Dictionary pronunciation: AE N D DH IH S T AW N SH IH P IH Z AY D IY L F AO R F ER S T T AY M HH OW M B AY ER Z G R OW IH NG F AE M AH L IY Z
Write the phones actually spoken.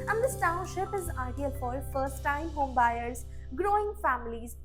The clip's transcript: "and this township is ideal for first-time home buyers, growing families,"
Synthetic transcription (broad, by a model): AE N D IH S T AW N SH IH P IH Z AY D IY L F AO R F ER S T T AY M HH OW M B AY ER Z G R OW IH NG F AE M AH L IY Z